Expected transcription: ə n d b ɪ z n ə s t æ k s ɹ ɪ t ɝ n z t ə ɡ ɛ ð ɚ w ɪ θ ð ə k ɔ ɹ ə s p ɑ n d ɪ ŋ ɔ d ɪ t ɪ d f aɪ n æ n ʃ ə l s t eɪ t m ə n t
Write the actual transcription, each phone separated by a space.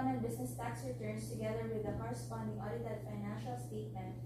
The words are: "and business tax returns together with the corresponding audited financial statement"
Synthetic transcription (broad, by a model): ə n b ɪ s n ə s t æ k s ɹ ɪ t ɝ n s t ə ɡ ɛ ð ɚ w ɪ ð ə k ɔ ɹ ə s p ɑ n d ɪ ŋ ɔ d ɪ t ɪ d f aɪ n æ n ʃ ə l s t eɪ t m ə n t